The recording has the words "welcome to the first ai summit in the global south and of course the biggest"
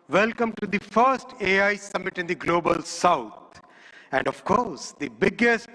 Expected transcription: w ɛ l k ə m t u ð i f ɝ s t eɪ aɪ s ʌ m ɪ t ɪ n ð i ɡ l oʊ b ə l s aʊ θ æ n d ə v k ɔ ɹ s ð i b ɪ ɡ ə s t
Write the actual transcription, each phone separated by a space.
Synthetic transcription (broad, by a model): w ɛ l k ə m t u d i f ɝ s t eɪ aɪ s ʌ m ɪ t ɪ n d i ɡ l oʊ b ə l s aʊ t æ n d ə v k ɔ ɹ s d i b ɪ ɡ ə s t